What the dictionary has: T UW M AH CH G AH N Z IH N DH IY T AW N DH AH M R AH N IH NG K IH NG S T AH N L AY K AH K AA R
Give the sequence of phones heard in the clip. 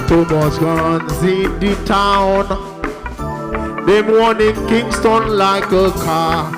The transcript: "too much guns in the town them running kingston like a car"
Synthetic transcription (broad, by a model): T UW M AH S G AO N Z IH N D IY T AW N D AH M W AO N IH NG K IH NG S T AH N L AY K AH K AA